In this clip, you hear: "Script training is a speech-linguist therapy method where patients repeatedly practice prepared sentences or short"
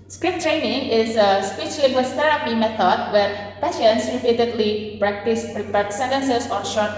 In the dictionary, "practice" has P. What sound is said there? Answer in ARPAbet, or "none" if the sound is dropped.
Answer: P